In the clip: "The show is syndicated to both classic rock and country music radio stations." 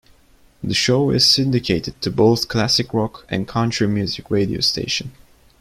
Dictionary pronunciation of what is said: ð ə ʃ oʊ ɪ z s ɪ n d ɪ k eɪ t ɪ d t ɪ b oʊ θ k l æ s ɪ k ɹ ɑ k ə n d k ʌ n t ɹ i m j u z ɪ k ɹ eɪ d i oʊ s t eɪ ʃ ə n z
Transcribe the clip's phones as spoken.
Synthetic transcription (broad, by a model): ð ə ʃ oʊ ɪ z s ɪ n d ɪ k eɪ t ɪ d t ɪ b oʊ θ k l æ s ɪ k ɹ ɑ k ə n k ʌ n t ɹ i m j u z ɪ k ɹ eɪ d i oʊ s t eɪ ʃ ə n